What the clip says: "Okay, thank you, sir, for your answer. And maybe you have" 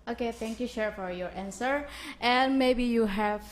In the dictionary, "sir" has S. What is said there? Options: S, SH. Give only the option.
SH